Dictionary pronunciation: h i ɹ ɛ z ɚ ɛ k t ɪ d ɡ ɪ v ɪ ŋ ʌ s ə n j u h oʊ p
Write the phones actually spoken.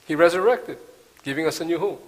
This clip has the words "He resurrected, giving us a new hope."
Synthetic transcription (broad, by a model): h i ɹ ɛ z ɚ ɛ k t ɪ d ɡ ɪ v ɪ ŋ ʌ s ə n j u h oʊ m